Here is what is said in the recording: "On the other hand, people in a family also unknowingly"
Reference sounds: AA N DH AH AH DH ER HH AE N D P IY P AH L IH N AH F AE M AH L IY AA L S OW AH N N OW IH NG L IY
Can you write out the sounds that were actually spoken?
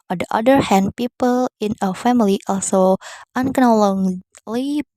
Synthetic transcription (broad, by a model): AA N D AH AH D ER HH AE N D P IY P AH L IH N AH F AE M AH L IY AA L S OW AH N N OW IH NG L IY